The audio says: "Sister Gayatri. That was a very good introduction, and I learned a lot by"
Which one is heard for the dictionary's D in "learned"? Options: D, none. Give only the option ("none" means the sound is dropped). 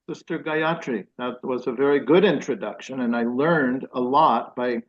D